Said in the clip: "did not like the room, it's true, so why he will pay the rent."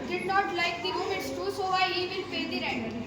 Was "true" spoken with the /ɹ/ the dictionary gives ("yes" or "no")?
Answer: no